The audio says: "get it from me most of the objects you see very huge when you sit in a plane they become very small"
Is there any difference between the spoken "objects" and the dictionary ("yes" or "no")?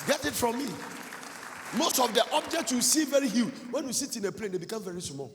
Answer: no